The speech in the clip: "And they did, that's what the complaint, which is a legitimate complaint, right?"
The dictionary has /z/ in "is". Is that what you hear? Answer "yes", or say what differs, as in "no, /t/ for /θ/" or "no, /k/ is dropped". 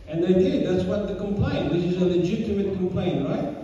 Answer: yes